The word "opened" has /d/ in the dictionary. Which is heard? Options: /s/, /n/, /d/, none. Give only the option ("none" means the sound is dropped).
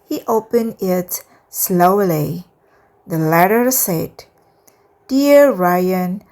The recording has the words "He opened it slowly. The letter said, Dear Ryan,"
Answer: none